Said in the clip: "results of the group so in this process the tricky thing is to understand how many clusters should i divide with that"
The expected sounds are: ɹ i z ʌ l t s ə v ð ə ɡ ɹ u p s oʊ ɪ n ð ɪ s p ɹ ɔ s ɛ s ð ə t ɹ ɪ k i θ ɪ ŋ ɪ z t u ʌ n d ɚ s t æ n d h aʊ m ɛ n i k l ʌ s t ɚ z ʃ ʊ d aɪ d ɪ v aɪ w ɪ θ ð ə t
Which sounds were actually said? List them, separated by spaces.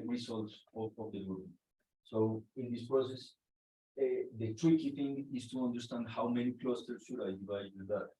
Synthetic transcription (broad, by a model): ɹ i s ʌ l t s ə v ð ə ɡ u s oʊ ɪ n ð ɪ s p ɹ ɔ s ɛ s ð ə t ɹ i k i t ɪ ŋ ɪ s t u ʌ n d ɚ s t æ n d h aʊ m ɛ n i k l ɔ s t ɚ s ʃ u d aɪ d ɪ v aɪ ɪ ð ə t